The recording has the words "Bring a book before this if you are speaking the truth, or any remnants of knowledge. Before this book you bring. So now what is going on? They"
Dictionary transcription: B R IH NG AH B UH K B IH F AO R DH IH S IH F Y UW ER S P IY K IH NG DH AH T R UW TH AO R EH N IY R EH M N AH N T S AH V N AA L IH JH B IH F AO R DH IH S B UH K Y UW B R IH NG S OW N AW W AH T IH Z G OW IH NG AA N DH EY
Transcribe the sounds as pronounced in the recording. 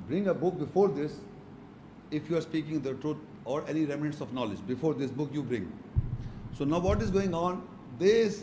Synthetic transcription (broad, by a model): B R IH NG AH B UH K B IH F AO R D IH S IH F Y UW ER S P IY K IH NG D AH T R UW T AO R EH N IY R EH M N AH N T S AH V N AA L IH JH B IH F AO R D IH S B UH K Y UW B R IH NG S OW N AW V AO T IH Z G OW IH NG AA N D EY